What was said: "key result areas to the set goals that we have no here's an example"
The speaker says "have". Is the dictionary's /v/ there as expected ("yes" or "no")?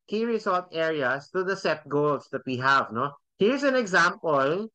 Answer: yes